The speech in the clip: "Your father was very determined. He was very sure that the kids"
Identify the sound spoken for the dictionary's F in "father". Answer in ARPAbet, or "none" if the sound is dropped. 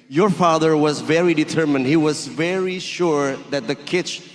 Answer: F